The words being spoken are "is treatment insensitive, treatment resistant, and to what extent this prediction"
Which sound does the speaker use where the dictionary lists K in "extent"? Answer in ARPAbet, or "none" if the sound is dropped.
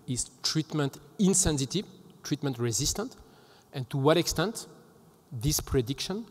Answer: K